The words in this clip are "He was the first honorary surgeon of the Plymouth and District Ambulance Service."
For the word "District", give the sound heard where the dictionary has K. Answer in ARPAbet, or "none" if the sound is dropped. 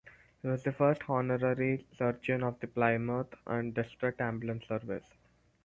none